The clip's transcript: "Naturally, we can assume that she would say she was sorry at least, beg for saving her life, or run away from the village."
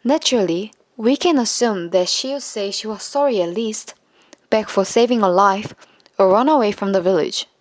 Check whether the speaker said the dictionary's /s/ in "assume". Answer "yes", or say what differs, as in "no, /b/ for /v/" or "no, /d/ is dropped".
yes